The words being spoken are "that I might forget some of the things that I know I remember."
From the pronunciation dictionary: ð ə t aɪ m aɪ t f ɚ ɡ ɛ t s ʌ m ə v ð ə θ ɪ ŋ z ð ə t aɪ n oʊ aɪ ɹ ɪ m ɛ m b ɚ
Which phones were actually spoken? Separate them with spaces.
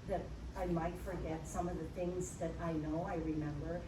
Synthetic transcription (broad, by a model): ð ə t aɪ m aɪ t f ɚ ɡ ɛ t s ʌ m ə v ð ə θ ɪ ŋ z ð ə t aɪ n oʊ aɪ ɹ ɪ m ɛ m b ɚ